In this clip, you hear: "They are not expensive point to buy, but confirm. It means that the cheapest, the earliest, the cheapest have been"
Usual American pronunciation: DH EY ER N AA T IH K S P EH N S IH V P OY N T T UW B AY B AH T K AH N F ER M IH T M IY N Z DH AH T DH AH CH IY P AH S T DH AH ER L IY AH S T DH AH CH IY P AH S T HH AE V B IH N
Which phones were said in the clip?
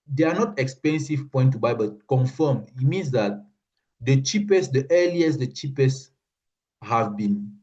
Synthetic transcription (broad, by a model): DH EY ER N AA T IH K S P EH N S IH V P OY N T T UW B AY B AH T K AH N F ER M IH T M IY N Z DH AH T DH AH CH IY P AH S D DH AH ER L IY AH S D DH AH CH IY P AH S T HH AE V B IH N